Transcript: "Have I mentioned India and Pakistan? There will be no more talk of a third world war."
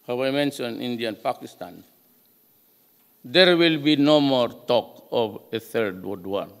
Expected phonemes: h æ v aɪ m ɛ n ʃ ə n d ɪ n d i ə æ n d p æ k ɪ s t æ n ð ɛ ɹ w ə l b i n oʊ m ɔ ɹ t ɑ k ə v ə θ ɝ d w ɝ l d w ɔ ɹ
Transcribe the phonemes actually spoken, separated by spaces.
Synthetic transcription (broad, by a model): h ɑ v aɪ m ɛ n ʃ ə n i n d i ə n p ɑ k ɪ s t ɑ n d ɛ ɹ w ə l b i n oʊ m ɔ ɹ t ɑ k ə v ə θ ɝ d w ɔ d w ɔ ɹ